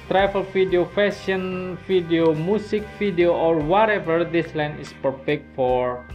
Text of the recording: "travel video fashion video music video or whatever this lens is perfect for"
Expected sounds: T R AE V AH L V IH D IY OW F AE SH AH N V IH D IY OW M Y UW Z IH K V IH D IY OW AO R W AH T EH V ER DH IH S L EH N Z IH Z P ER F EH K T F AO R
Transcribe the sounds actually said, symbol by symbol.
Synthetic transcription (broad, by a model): T R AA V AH L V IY D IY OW F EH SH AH N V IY D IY OW M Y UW S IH K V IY D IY OW AO R W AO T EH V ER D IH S L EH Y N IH S P ER F EH K T F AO R